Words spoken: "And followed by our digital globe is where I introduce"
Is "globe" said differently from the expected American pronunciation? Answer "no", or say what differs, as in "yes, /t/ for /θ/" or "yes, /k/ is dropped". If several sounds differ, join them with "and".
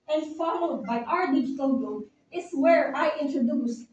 yes, /l/ is dropped and /b/ is dropped